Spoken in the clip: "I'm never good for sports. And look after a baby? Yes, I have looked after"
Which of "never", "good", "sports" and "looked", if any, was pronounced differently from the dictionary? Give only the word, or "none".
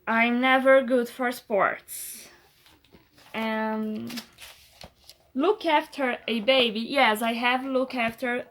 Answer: looked